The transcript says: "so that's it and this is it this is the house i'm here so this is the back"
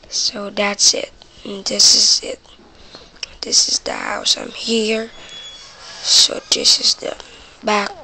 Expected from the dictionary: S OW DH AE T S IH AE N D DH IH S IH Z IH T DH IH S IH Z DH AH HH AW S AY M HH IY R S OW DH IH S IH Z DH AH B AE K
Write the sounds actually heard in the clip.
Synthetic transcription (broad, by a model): S OW DH AE T S IH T DH IH S IH Z IH T DH IH S IH Z DH AH HH AW S AY M HH IY R S OW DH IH S IH Z DH AH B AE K